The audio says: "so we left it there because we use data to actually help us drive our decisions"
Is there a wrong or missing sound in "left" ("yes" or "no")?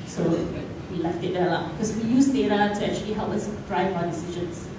no